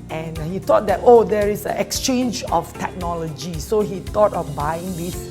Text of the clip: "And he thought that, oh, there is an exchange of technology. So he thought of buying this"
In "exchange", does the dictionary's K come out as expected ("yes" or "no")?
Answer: yes